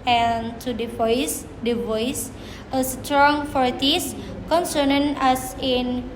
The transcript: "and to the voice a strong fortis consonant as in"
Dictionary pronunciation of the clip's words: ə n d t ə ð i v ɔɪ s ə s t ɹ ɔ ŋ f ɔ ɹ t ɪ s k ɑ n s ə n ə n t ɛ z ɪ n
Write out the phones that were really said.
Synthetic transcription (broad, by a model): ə n d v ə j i v ɔɪ s ə s t ɹ ɔ ŋ f ɔ ɹ t ɪ s k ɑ n s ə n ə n ɑ s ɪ n